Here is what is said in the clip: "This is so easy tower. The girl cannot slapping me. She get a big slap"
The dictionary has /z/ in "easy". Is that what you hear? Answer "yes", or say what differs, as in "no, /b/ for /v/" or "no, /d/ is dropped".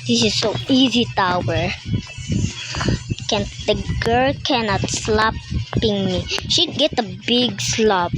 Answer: yes